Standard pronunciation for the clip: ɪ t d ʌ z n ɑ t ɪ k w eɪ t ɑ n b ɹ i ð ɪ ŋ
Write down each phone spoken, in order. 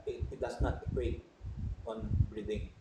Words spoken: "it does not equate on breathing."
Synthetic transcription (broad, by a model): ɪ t d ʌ s n ɑ t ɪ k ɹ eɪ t ɑ n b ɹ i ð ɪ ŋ